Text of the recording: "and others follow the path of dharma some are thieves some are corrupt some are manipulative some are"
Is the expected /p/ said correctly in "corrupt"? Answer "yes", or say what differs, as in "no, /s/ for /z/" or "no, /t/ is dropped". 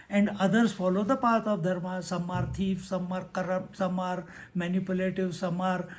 no, /p/ is dropped